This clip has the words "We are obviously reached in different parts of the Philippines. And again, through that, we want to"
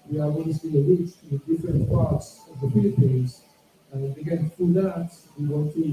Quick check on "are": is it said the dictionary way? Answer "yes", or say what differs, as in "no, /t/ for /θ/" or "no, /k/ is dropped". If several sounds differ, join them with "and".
no, /w/ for /ɹ/